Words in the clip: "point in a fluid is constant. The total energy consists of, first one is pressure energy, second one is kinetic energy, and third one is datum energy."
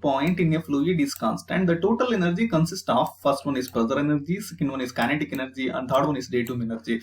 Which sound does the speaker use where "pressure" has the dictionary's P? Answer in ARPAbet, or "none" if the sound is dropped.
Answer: B